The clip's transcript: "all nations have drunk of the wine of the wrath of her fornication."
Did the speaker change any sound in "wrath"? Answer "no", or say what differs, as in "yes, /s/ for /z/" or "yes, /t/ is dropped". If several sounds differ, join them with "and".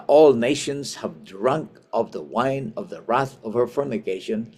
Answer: no